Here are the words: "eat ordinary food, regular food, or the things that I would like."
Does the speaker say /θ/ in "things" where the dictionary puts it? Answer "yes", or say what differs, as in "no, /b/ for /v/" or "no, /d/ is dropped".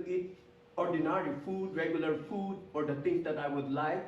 no, /t/ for /θ/